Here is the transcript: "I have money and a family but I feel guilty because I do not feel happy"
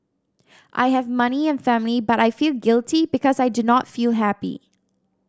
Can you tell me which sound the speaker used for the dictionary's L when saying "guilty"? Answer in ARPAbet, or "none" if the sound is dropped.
L